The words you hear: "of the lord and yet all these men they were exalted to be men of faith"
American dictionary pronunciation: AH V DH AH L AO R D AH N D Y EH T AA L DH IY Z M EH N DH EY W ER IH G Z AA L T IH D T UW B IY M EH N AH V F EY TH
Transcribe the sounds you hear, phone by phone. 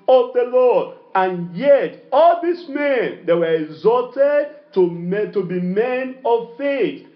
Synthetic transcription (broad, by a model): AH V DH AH L AO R D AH N Y EH T AA L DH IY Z M EH N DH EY W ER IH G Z AA T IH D T UW B IY M EH N AH V F EY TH